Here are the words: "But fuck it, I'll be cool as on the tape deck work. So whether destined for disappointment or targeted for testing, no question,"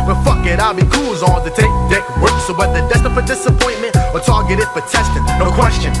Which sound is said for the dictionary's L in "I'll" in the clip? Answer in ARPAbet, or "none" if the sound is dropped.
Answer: L